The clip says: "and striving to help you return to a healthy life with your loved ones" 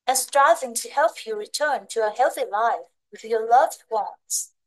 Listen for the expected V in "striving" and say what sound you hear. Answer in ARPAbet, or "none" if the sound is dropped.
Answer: V